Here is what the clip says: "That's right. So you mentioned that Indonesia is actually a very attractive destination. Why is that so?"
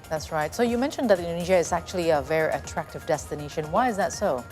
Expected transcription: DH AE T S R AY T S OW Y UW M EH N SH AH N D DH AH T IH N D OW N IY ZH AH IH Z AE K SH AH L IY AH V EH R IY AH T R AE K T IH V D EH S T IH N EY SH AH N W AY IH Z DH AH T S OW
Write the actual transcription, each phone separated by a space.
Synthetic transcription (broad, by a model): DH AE T S R AY T S OW Y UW M EH N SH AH N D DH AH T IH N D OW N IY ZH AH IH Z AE K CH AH L IY AH V EH R IY AH T R AE K T IH V D EH S T IH N EY SH AH N W AY IH Z DH AH T S OW